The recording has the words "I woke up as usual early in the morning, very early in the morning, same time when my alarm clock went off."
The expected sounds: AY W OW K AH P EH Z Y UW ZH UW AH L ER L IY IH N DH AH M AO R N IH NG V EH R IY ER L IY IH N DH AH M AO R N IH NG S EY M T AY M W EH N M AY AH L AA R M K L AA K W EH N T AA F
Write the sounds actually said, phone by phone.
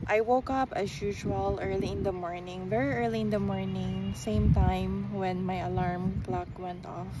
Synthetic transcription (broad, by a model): AY W OW K AH P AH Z Y UW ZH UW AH L ER L IY IH N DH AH M AO R N IH NG V EH R IY ER L IY IH N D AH M AO R N IH NG S EY M T AY M W EH N M AY AH L AA R M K L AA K W EH N T AA F